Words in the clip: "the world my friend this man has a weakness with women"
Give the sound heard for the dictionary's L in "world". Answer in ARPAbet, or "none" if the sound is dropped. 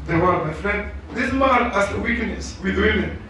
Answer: none